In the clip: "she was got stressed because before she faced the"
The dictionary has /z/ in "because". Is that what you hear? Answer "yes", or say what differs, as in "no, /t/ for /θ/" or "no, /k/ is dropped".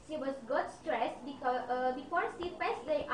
no, /z/ is dropped